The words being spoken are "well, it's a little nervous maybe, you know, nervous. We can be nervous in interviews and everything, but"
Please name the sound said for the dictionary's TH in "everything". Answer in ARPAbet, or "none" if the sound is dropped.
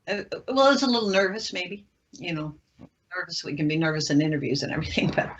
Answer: TH